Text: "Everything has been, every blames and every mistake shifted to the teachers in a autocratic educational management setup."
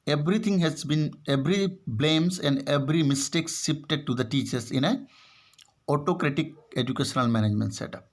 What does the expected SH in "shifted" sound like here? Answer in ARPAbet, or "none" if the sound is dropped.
S